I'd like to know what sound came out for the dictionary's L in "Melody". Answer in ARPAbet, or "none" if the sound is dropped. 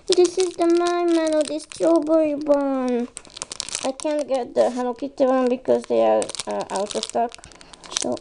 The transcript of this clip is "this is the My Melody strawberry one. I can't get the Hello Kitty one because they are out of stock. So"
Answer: N